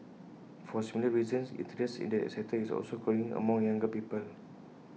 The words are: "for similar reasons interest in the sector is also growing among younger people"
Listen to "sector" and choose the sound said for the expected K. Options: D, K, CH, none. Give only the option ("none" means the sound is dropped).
none